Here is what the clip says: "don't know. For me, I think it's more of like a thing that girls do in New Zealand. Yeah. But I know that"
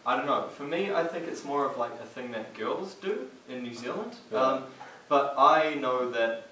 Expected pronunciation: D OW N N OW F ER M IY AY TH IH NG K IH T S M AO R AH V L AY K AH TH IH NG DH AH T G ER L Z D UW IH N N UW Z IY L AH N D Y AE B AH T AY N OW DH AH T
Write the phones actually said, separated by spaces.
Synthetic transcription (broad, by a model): D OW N N OW F ER M IY AY TH IH NG K IH T S M AO R AH V L AY K AH TH IH NG DH AH T G ER L Z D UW IH N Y UW Z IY L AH N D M B AH T AY N OW DH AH T